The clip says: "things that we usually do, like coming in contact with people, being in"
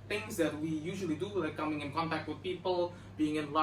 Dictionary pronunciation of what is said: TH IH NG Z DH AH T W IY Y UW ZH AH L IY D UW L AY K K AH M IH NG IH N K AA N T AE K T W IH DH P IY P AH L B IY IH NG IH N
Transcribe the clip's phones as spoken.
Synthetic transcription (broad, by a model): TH IH NG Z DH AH T W IY Y UW ZH AH L IY D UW W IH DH K AH M IH NG IH N K AA N T AE K T W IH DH P IY P AH L B IY IH NG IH N